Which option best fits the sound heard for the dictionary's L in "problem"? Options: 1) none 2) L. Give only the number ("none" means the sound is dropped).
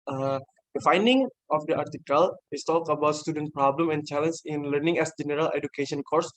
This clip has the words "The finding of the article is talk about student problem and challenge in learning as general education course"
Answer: 2